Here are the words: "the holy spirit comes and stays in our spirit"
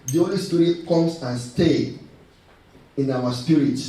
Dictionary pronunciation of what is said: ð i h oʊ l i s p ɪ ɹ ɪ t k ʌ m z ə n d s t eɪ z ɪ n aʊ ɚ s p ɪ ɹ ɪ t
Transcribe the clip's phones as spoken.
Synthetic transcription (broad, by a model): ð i oʊ l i s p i ɹ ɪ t k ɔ m s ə n s t eɪ ɪ n aʊ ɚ s p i ɹ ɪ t